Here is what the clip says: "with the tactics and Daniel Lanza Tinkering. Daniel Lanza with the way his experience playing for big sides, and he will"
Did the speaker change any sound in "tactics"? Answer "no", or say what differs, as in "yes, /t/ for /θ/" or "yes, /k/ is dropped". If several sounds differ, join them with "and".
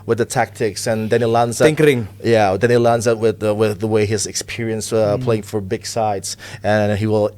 no